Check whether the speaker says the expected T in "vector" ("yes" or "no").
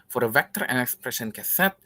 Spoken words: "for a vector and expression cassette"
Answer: yes